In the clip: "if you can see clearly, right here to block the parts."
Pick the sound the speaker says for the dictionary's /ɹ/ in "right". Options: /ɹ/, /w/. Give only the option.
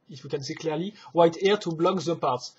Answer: /w/